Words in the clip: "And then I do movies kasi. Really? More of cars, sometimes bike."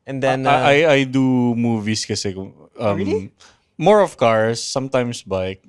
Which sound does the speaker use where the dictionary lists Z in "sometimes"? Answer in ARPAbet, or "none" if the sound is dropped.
S